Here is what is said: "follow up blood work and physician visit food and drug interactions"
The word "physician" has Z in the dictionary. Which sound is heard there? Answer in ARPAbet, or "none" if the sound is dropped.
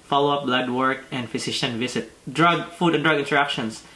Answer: S